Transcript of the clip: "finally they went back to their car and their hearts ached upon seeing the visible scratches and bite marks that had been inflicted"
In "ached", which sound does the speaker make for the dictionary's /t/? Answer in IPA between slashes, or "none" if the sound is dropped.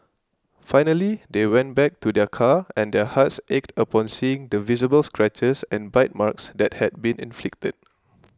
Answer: /t/